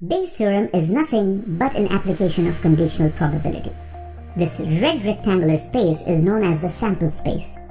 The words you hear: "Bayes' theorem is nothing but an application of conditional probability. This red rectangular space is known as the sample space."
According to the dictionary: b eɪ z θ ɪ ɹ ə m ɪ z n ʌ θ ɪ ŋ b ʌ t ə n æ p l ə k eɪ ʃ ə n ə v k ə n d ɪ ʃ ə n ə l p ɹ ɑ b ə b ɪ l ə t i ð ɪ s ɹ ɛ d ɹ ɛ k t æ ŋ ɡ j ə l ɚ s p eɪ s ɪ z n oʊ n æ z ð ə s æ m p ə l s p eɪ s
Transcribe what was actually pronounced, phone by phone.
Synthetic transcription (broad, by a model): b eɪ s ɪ ɹ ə m ɪ z n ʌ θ ɪ ŋ b ʌ t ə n æ p l ə k eɪ ʃ ə n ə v k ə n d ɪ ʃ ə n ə l p ɹ ɑ b ə b ɪ l ə t i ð ɪ s ɹ ɛ d ɹ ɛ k t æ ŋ ɡ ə l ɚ s p eɪ s ɪ z n oʊ n æ z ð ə s æ m p ə l s p eɪ s